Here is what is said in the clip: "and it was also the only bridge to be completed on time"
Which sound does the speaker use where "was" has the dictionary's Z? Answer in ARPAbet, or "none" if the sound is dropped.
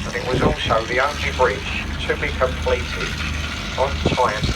Z